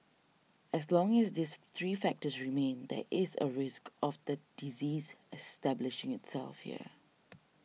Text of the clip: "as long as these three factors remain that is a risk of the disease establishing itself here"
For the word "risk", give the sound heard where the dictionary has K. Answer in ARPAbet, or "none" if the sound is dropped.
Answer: K